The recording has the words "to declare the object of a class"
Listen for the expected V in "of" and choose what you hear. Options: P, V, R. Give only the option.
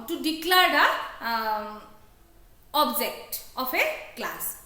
P